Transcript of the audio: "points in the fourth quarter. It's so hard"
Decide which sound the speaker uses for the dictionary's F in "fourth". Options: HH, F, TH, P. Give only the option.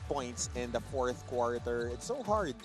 F